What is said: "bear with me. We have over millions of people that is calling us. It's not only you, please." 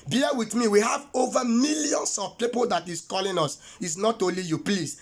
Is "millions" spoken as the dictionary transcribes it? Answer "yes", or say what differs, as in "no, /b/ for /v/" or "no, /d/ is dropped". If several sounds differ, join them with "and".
no, /s/ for /z/